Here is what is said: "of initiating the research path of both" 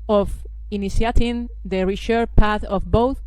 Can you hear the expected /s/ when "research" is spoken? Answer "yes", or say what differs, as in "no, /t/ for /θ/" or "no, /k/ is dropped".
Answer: no, /ʃ/ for /s/